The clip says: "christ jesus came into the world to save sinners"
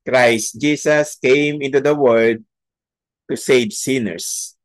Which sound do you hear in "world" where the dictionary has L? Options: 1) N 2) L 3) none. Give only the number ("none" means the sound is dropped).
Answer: 3